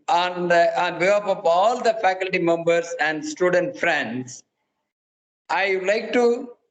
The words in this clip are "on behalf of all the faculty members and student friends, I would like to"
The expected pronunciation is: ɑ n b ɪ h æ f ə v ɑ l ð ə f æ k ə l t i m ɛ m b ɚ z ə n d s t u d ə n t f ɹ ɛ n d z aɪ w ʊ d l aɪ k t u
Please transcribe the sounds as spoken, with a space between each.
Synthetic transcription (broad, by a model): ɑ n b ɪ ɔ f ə p ɑ l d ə f æ k ə l t i m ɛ m b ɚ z ə n d s t u d ə n t f ɹ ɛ n d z aɪ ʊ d l aɪ k t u